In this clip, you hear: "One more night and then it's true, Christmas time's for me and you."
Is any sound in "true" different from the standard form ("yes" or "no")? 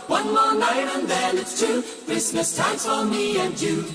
yes